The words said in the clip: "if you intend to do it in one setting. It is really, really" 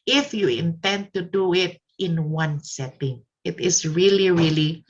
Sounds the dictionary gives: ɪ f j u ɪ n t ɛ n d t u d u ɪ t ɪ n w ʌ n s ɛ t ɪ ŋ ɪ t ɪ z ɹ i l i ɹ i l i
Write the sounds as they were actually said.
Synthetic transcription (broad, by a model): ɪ f j u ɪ n t ɛ n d t u d u ɪ t ɪ n w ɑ n s ɛ t ɪ ŋ ɪ t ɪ s ɹ i l i ɹ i l i